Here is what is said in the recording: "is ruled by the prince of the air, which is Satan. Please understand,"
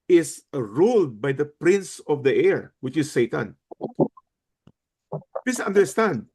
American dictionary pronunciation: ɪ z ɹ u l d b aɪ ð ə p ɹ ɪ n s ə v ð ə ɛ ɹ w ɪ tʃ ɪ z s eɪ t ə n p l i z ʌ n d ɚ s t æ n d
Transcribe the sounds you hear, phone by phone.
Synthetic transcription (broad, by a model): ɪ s ɹ u l d b aɪ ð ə p ɹ ɪ n s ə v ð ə ɛ ɹ w ɪ tʃ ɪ s eɪ t ə n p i s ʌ n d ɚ s t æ n d